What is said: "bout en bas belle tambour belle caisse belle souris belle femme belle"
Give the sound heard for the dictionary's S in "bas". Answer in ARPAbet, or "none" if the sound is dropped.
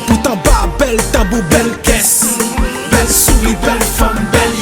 none